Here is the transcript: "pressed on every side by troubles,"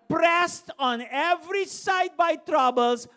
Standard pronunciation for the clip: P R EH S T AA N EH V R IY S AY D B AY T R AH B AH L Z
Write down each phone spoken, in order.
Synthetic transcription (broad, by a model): P R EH S T AA N EH V R IY S AY D B AY T R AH B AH L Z